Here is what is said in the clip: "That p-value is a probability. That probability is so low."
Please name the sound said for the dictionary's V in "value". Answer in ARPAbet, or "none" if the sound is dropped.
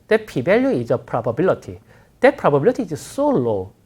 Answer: B